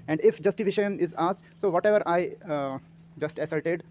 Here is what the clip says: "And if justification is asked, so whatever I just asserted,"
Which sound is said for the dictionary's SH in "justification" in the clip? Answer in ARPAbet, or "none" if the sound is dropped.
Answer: none